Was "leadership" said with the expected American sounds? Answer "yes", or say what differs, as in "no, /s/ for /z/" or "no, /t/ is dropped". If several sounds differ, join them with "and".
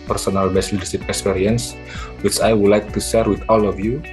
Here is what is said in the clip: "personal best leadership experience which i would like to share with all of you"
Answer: no, /s/ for /ʃ/